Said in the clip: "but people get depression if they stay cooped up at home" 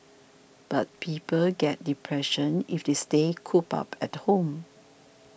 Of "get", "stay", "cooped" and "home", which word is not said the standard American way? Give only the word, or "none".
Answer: cooped